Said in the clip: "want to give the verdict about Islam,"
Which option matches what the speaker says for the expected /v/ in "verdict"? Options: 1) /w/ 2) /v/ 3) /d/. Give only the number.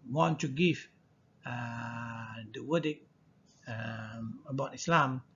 1